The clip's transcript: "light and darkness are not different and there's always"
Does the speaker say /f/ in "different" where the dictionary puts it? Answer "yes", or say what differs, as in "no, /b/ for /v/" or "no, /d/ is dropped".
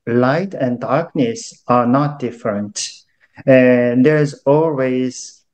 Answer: yes